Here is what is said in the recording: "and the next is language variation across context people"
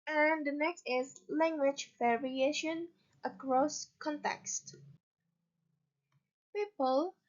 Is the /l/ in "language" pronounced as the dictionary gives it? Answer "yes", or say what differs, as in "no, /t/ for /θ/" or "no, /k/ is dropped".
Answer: yes